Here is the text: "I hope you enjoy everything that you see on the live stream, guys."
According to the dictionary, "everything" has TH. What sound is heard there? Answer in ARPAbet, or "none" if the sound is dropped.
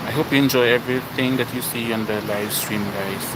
T